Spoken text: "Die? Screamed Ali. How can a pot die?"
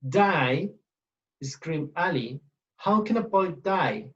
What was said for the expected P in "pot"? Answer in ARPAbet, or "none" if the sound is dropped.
B